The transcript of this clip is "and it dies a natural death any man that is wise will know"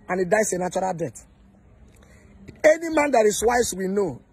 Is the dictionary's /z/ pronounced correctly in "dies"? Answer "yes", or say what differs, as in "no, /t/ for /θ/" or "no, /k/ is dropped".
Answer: no, /s/ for /z/